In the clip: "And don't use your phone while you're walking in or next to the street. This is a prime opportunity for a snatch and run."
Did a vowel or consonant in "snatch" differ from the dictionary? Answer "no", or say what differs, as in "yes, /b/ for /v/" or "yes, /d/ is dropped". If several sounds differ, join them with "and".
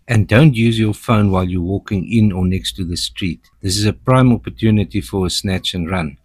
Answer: no